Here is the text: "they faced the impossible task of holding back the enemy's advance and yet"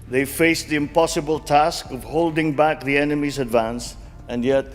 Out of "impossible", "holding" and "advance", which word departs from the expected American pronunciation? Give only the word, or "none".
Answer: none